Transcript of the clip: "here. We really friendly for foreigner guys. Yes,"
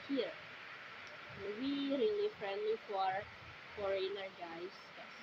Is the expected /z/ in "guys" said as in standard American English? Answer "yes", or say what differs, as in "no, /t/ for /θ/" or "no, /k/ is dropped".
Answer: no, /z/ is dropped